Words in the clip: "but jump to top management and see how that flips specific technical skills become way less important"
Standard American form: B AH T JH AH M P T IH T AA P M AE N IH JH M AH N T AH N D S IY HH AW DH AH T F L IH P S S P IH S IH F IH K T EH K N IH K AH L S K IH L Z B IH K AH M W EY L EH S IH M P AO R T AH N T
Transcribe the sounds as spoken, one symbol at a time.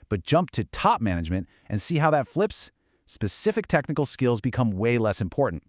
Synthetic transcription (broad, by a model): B AH T JH AH M P T IH T AA P M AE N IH JH M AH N T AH N S IY HH AW DH AH T F L IH P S S P IH S IH F IH K T EH K N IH K L S K IH L Z B IH K AH M W EY L EH S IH M P AO R T N T